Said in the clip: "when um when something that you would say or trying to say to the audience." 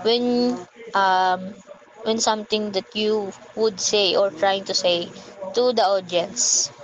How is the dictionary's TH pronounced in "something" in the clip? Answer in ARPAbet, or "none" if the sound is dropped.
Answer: T